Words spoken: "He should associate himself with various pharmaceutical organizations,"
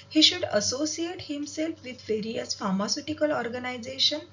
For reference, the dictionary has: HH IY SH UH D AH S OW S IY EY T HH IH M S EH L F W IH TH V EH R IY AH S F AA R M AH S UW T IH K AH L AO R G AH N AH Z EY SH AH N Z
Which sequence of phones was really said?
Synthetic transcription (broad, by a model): HH IY SH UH D AH S OW S IY EY T HH IH M S EH L F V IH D V EH R IY AH S F AA R M AH S UW T IH K AH L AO R G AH N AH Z EY SH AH N